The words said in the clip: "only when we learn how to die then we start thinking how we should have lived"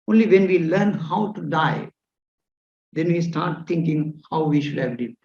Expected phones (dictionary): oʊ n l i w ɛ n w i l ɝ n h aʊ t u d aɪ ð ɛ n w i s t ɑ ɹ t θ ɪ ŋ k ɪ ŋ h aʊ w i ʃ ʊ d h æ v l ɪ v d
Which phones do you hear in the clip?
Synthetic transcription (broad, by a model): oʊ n l i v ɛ n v i l ɝ n h aʊ t u d aɪ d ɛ n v i s t ɑ ɹ t t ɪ ŋ k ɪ ŋ h aʊ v i ʃ ʊ d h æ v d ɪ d